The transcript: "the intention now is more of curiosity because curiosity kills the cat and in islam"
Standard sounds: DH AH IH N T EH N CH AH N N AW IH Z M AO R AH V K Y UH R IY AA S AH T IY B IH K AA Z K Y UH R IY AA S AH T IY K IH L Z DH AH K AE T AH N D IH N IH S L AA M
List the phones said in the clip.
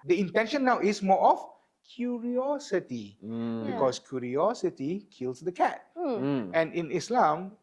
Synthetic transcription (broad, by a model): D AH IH N T EH N SH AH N N AW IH S M AO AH F K Y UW R IY AA S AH T IY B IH K AA S K Y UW R IY AA S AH T IY K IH L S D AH K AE T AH N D IH N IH S L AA M